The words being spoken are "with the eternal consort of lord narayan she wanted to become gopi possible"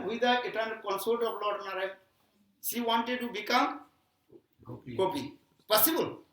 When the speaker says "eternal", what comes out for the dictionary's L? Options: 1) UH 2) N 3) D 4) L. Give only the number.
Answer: 2